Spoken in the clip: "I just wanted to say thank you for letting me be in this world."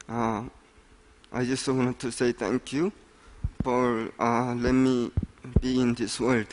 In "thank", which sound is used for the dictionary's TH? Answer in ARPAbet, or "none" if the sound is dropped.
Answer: T